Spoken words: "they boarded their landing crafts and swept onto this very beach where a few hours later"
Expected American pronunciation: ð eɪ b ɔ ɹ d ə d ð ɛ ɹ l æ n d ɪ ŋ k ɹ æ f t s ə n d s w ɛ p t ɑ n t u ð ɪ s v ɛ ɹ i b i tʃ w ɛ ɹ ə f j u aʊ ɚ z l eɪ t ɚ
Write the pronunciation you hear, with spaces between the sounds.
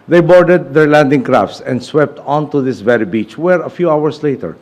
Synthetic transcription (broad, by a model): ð eɪ b ɔ ɹ d ə d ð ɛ ɹ l æ n d ɪ ŋ k ɹ æ f t s ə n d s w ɛ p t ɑ n t u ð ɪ s v ɛ ɹ i b i tʃ w ɛ ɹ ə f j u aʊ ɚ s l eɪ t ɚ